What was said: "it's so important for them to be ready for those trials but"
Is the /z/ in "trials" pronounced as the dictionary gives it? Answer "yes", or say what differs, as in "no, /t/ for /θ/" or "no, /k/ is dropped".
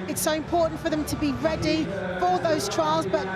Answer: yes